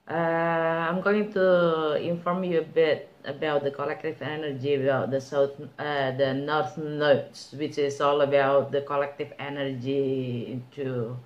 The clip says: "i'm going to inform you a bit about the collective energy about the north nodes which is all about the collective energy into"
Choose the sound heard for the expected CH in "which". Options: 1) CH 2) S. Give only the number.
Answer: 1